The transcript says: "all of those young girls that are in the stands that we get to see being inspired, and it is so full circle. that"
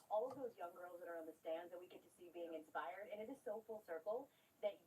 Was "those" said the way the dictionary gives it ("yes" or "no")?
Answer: yes